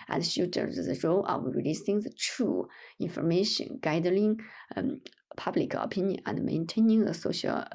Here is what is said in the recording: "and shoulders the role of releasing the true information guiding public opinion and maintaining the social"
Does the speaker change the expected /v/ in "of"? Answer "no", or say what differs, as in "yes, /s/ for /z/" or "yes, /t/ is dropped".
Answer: yes, /w/ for /v/